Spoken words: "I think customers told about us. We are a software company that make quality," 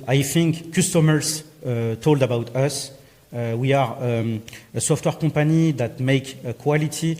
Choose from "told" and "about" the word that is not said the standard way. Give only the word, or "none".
none